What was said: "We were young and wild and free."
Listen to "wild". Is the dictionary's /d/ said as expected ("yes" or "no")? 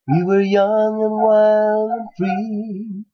no